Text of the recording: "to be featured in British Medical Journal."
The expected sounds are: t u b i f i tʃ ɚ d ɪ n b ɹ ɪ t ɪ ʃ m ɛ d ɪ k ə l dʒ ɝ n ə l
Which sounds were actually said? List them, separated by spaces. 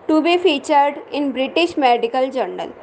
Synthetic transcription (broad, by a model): t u b i f i tʃ ɚ d ɪ n b ɹ ɪ t ɪ ʃ m ɛ d ɪ k ə l dʒ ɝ n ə l